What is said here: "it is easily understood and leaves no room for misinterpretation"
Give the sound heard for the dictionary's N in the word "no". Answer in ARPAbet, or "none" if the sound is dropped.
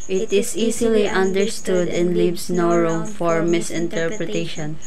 N